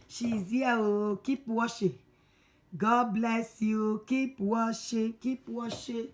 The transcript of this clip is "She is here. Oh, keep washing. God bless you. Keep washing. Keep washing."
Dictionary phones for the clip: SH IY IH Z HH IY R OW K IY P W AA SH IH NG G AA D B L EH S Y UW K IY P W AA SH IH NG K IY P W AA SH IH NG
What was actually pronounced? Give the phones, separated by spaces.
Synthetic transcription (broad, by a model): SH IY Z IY W OW K IY P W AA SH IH G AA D B L EH S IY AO K IY P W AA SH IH K IY P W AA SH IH